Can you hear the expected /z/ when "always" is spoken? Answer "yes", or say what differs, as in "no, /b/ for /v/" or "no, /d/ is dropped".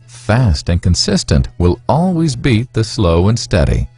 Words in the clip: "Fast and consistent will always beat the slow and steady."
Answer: yes